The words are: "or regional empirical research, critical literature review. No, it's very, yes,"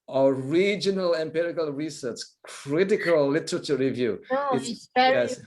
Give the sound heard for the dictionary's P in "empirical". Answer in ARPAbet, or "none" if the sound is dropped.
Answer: P